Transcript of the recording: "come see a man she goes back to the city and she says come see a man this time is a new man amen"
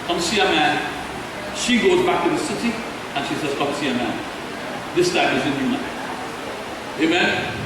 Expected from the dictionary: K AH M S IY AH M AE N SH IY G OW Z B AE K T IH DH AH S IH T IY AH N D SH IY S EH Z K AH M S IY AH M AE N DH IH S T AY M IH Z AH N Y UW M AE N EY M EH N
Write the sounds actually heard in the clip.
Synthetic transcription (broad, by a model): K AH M S IY AH M AE N SH IY G OW Z B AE K T IH DH AH S IH T IY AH N SH IY S EH Z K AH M S IY AH M AE N DH IH S T AY M IH Z AH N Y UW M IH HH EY M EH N